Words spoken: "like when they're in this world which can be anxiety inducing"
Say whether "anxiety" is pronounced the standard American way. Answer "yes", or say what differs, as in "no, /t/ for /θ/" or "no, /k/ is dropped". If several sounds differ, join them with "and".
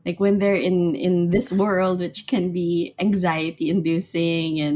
yes